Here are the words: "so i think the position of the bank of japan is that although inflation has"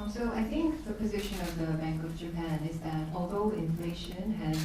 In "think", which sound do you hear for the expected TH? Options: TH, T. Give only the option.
TH